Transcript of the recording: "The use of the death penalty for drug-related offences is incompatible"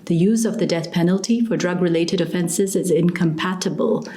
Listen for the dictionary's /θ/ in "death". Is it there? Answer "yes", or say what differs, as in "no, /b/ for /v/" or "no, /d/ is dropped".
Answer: yes